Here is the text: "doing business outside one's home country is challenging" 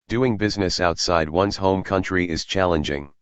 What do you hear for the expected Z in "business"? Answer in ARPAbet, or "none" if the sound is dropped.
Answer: Z